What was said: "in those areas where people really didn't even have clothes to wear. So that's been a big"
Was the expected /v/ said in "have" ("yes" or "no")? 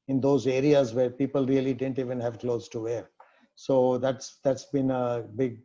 yes